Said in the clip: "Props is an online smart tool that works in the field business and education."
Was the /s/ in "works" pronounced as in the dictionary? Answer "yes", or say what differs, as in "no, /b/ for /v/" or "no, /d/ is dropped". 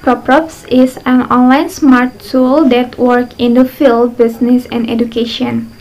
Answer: no, /s/ is dropped